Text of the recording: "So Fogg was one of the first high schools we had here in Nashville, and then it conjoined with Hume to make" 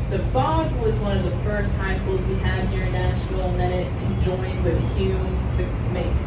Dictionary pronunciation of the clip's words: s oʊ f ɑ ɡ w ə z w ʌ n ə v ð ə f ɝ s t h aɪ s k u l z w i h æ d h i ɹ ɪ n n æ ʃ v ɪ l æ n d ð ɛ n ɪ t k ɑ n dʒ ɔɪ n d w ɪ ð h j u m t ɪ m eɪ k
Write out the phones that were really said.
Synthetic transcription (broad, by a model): s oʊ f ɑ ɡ w ə z w ʌ n ə v ð ə f ɝ s t h aɪ s k u l z w i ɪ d h i ɹ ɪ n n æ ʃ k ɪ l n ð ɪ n ɪ t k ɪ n dʒ ɔɪ n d w ɪ ð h j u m t ɪ m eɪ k